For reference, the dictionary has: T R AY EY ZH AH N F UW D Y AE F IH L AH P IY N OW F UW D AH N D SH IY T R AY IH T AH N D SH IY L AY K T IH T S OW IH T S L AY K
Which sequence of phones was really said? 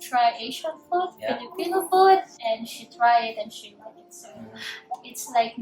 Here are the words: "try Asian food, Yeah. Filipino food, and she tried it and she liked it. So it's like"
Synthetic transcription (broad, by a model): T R AY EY SH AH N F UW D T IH N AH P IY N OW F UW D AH N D SH IY T R AY IH T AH N SH IY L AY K IH T S OW IH T S L AY K